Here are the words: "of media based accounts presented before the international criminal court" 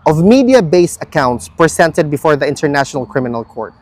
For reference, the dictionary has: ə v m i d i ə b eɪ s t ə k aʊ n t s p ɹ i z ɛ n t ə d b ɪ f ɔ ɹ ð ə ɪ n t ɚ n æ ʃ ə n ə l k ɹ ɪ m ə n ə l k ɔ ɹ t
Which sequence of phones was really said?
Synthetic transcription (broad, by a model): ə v m i d i ə b eɪ s ə k aʊ n t s p ɹ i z ɛ n t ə d b ɪ f ɔ ɹ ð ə ɪ n t ɚ n æ ʃ ə n ə l k ɹ ɪ m ə n ə l k ɔ ɹ t